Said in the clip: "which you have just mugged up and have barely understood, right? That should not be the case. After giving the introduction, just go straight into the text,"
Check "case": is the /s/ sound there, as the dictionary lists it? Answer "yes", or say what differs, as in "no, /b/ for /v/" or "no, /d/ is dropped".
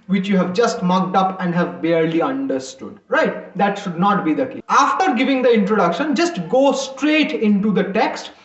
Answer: no, /s/ is dropped